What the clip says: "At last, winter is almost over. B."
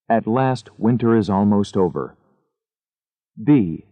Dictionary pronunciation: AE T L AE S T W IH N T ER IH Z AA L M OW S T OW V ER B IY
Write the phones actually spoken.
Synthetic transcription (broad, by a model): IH T L AE S T W IH N T ER IH Z AA L M OW S T OW V ER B IY